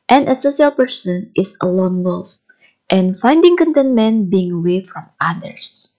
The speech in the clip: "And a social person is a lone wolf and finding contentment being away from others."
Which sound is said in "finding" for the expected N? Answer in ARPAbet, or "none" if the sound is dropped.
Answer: N